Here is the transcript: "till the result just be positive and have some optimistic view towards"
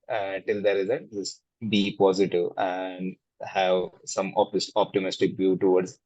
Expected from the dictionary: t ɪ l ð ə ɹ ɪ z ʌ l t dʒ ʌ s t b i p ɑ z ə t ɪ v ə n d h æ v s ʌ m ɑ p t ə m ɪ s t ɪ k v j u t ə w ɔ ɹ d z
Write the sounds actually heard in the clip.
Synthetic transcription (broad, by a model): t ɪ l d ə ɹ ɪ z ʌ t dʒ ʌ s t b i p ɑ z ə t ɪ v ə n d h æ v s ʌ m ɑ p t ə m ɪ s t ɪ k v j u t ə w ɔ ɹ d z